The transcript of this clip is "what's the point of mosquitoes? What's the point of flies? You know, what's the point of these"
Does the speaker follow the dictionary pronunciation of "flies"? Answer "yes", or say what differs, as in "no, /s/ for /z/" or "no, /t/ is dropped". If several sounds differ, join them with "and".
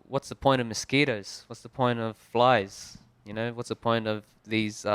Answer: yes